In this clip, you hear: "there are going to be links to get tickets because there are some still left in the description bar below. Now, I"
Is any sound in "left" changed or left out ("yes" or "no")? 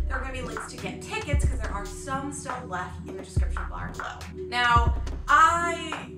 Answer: no